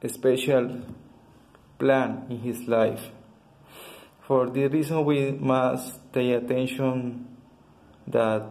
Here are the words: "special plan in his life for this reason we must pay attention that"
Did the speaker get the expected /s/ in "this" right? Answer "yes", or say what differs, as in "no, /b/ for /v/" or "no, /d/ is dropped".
no, /s/ is dropped